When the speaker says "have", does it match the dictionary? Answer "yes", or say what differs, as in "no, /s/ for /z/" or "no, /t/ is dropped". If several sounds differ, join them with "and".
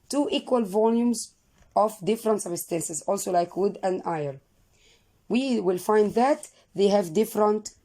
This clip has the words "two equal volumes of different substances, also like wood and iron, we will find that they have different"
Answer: yes